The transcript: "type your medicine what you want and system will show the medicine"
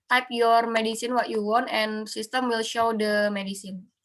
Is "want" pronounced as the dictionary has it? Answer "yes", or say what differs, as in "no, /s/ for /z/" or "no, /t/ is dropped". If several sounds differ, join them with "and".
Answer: yes